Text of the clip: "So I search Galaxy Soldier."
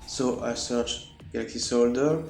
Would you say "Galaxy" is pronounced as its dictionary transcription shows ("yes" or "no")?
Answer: no